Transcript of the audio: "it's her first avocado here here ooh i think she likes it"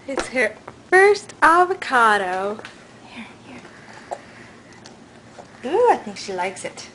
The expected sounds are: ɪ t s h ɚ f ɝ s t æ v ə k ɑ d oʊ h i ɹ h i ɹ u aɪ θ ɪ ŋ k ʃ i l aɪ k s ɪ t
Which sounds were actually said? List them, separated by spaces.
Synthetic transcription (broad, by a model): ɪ t s h ɚ f ɝ s t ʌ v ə k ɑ d oʊ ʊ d u aɪ θ ɪ ŋ k ʃ i l aɪ k s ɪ t